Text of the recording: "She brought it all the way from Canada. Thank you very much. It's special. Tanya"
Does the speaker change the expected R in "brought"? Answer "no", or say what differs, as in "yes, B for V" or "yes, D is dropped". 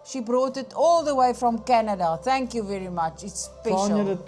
no